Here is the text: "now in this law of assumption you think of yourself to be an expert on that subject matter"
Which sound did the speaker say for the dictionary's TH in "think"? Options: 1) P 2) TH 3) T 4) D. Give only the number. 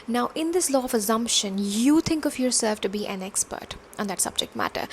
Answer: 3